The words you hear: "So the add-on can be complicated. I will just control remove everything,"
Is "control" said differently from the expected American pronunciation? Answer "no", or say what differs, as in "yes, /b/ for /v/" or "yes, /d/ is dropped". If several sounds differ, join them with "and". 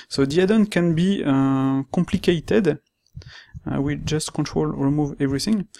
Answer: no